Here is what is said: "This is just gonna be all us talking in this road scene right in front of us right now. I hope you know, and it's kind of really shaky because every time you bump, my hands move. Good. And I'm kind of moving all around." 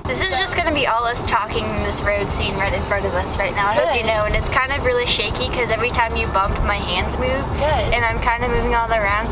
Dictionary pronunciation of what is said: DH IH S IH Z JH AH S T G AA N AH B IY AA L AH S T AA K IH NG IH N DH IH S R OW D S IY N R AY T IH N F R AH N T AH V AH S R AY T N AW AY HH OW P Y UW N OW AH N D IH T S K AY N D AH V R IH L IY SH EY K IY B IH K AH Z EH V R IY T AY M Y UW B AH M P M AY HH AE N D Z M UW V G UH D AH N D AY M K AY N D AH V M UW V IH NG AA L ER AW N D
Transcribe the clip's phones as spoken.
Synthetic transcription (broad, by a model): DH IH S IH Z JH AH S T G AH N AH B IY AA L AH S T AA K IH NG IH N DH IH S R OW D S IY N R AY T IH N F R AH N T AH V AH S R AY T N AW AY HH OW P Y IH N OW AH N IH T S K AY N D AH V R IH L IY SH EY IY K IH K AH Z EH V R IY T AY M Y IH B AH M P M AY HH AE N D Z M UW V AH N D AY M K AY N D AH M UW V IH NG AA L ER AW N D